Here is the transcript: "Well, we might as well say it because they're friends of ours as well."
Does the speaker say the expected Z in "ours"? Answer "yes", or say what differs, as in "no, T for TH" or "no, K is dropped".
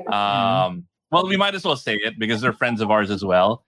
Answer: yes